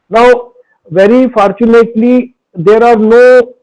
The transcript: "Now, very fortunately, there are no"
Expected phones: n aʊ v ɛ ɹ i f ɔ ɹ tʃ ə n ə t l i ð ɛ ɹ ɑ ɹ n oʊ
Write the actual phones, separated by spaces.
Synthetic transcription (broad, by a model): n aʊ v ɛ ɹ i f ɔ ɹ tʃ ə n ə t l i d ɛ ɹ ɑ ɹ n oʊ